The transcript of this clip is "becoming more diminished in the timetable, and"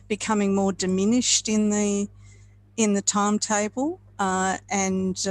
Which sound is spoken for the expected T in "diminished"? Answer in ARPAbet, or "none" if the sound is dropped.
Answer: T